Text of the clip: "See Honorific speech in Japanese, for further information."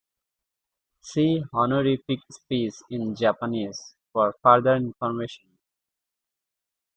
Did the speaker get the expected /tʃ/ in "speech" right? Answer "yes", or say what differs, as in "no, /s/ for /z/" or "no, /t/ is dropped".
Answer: no, /s/ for /tʃ/